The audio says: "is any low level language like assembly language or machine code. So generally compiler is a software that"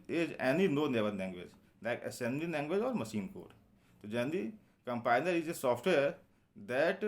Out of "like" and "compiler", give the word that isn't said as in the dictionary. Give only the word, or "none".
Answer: compiler